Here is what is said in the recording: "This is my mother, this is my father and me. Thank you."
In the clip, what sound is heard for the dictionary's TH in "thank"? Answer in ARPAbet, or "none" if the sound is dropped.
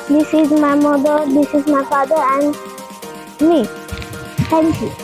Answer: T